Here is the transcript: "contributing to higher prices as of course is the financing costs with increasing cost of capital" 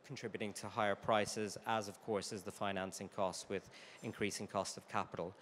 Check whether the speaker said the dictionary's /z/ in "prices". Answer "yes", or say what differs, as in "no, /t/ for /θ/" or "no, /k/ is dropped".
yes